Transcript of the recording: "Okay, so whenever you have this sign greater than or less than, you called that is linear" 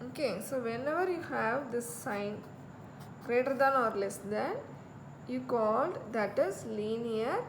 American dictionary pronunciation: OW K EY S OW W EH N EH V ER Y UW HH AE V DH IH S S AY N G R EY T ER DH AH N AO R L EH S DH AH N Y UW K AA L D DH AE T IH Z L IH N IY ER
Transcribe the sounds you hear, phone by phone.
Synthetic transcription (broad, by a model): OW K EY S OW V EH N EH V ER Y UW HH AE V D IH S S AY N G R EY T ER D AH N AO R L EH S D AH N Y UW K AA L D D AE T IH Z L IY N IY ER